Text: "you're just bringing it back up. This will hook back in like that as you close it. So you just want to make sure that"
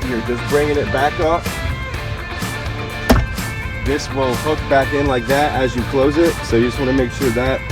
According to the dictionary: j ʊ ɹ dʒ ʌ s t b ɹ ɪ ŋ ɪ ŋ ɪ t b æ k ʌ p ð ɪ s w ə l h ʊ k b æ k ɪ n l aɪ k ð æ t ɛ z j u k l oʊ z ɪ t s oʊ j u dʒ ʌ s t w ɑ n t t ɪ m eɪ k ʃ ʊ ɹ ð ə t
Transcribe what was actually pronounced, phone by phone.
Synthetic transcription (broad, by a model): j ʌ ɹ dʒ ʌ s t b ɹ ɪ ŋ ɪ ŋ ɪ t b æ k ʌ f ð ɪ s w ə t h ʊ k b æ k ɪ n l aɪ k ð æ t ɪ z j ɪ k l oʊ z ɪ t s oʊ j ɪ dʒ ʌ s t w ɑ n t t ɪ m eɪ k ʃ ʊ ɹ ð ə t